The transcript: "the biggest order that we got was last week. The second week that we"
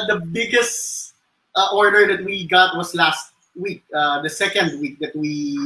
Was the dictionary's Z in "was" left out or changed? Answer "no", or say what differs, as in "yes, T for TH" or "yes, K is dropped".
yes, S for Z